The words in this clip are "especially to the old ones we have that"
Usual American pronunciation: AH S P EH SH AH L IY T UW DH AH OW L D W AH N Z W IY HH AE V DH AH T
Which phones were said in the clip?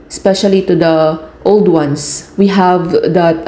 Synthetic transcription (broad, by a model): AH S P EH SH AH L IY T UW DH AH OW L D W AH N S W IY HH AE V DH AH T